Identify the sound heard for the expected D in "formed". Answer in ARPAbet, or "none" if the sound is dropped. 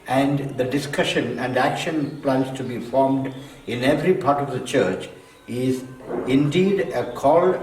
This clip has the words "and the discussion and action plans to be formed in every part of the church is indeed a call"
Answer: D